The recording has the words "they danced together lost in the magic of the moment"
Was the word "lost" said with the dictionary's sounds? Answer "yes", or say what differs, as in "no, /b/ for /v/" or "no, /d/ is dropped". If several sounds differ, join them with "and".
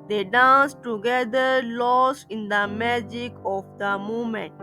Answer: no, /t/ is dropped